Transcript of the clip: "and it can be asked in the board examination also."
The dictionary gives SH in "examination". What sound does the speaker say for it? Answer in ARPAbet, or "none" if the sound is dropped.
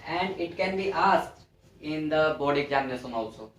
S